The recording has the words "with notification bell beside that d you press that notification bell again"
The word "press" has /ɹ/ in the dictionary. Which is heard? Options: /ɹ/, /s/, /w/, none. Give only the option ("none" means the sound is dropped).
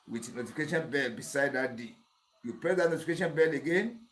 none